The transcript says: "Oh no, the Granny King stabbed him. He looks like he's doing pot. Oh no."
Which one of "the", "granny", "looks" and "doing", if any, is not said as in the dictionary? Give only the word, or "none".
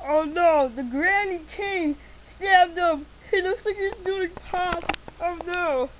looks